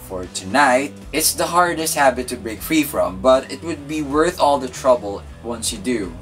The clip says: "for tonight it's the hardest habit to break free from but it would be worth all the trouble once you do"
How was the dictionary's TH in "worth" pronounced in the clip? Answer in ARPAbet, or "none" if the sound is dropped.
TH